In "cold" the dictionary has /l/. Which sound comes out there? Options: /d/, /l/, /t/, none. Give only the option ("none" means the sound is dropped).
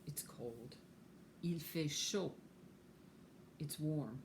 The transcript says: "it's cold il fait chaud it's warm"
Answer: /l/